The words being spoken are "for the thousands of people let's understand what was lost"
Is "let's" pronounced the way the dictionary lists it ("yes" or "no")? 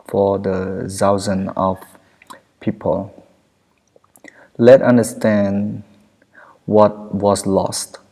no